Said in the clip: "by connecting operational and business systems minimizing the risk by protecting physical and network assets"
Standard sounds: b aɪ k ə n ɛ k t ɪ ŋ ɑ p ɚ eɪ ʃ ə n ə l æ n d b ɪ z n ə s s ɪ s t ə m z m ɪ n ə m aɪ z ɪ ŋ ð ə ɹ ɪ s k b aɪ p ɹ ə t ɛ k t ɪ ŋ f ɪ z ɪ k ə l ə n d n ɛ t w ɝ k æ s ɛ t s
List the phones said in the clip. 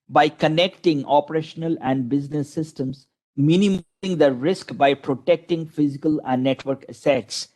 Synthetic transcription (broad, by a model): b aɪ k ə n ɛ k t ɪ ŋ ɑ p ɚ eɪ ʃ ə n ə l æ n d b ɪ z n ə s s ɪ s t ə m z m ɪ n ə m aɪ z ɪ ŋ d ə ɹ ɪ s k b aɪ p ɹ ə t ɛ k t ɪ ŋ f ɪ z ɪ k ə l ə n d n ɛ t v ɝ k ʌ s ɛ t s